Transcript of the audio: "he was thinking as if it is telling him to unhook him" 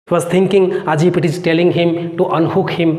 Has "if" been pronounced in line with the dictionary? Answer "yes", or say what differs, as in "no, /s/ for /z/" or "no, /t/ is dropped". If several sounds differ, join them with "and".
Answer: no, /p/ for /f/